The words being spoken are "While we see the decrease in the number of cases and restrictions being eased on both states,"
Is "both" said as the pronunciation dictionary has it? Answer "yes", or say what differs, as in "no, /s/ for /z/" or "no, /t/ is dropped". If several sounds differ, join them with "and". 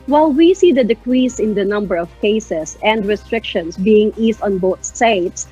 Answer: no, /t/ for /θ/